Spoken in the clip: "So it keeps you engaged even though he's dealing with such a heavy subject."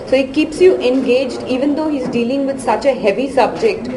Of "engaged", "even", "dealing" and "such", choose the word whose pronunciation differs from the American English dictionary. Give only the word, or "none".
none